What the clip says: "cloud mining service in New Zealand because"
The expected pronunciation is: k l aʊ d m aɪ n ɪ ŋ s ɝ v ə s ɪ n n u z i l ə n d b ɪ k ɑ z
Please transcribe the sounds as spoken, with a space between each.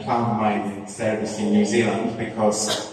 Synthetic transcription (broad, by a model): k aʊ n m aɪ ɪ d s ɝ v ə s ɪ n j u z i l ə n d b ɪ k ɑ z